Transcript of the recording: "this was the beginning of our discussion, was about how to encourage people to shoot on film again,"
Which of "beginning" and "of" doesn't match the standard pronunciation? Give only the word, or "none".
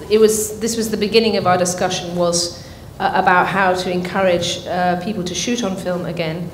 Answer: none